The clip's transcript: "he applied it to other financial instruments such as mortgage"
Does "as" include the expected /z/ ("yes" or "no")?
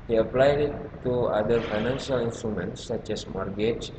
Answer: no